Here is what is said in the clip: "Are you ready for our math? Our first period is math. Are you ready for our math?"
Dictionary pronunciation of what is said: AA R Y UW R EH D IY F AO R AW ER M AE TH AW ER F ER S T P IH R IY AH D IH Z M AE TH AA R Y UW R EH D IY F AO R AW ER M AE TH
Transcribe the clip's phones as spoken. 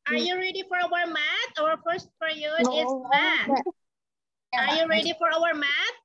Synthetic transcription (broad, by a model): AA R Y UW R EH D IY F AO R AW ER M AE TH AW ER F ER S T F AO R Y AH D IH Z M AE AA R Y UW R EH D IY F AO R AW ER M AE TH